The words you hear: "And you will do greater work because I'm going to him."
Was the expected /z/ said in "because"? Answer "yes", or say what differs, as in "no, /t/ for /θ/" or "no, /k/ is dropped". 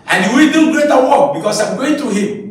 no, /s/ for /z/